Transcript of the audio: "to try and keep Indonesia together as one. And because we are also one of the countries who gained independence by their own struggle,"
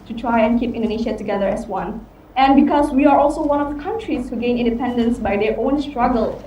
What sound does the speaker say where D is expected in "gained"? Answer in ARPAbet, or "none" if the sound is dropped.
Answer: none